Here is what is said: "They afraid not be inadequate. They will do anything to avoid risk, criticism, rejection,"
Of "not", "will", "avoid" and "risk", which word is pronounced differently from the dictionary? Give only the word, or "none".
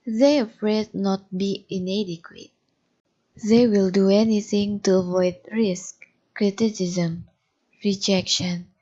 none